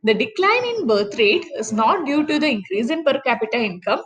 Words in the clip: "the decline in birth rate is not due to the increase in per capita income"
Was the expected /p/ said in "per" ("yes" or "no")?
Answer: yes